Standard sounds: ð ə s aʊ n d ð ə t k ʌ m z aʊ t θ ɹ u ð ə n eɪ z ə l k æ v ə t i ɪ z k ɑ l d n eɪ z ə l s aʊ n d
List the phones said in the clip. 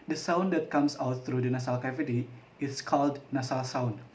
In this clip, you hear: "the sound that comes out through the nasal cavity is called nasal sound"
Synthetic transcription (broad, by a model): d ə s aʊ n d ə t k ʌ m s aʊ t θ ɹ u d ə n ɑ s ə l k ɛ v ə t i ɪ s k ɑ l d n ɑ s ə l s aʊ n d